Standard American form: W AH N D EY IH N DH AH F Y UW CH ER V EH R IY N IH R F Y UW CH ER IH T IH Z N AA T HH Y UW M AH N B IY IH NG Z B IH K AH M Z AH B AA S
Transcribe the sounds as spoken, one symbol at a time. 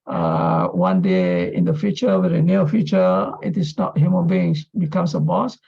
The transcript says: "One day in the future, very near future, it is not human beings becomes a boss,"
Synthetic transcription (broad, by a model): W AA N D EY IH N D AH F Y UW CH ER W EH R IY N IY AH F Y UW CH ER IH T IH S N AA T HH Y UW M AH N B IY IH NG S B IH K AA M S AH B AA S